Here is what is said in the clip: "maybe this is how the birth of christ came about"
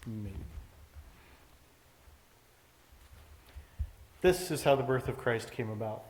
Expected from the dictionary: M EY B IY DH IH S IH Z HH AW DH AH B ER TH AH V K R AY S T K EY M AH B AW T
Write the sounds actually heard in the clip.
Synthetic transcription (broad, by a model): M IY DH IH S IH Z HH AW DH AH B ER TH AH V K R AY S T K EY M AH B AW T